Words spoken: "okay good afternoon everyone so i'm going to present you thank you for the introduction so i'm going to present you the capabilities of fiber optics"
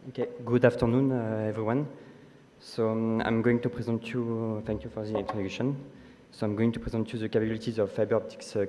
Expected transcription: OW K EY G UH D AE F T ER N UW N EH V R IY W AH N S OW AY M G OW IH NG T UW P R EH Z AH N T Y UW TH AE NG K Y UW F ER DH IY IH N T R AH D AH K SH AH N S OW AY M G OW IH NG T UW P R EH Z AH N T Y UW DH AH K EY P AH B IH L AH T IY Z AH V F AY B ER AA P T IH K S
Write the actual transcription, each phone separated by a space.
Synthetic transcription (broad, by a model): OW K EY G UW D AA F T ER N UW N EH V R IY W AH N S OW AY M G OW IH NG T UW P R EH Z AH N T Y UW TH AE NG K Y UW F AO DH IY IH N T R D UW SH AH N S OW AY M G OW IH NG T UW P R EH Z AH N T Y UW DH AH K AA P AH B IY L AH T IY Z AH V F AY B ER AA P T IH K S